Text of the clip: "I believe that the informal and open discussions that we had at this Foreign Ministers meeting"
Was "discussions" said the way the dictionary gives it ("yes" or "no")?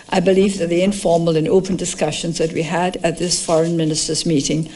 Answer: yes